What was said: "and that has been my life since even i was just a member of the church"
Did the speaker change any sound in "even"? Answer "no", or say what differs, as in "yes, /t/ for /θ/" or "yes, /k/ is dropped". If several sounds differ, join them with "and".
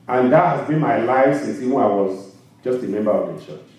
yes, /w/ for /v/